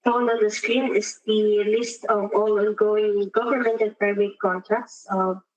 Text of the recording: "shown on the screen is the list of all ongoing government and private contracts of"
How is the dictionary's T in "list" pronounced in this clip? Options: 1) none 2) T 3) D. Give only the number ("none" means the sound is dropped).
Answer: 2